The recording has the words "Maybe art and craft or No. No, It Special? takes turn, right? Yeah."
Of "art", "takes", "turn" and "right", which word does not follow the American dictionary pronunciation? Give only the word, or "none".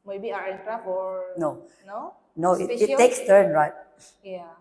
art